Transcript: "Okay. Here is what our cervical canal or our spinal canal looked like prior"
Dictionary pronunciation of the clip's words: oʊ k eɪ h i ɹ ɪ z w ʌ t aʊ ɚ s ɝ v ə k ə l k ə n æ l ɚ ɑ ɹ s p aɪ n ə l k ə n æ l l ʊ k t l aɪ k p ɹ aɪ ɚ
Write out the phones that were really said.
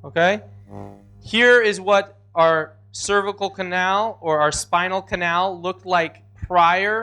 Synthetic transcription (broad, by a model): oʊ k eɪ h i ɹ ɪ z w ʌ t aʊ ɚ s ɝ v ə k l k ə n æ l ɚ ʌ ɹ s p aɪ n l k ə n æ l l ʊ k t l aɪ k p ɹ aɪ ɚ